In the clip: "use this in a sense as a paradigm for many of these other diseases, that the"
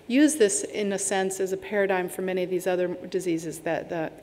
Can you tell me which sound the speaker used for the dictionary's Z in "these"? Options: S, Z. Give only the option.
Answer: Z